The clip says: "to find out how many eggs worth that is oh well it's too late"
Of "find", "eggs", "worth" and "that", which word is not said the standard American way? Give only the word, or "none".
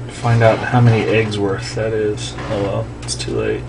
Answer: none